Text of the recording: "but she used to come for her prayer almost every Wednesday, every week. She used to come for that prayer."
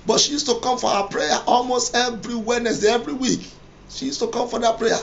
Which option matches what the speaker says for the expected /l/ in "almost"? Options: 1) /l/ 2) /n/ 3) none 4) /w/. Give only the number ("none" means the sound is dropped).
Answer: 1